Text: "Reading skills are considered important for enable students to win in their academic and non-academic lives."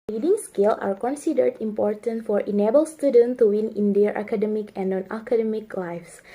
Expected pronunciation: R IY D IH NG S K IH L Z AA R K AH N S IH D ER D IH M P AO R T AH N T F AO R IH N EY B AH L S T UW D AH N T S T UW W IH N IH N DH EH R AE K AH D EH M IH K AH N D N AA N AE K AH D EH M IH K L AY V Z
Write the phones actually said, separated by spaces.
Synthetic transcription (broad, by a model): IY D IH NG S K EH L AA R K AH N S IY D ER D IH M P AO R T AH N T F AO R IH N EY B AH L S T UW D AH N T T UW W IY N IH N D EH R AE K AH D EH M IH K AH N N AA N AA K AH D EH M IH K L AY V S